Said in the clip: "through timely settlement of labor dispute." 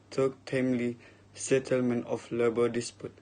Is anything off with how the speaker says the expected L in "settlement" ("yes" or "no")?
no